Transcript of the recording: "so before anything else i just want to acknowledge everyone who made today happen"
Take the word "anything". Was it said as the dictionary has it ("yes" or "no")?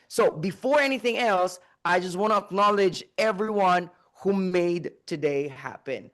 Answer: yes